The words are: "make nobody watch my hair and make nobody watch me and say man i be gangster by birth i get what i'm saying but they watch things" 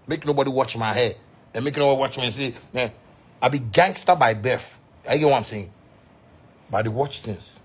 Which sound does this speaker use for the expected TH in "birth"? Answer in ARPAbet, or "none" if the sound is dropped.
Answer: F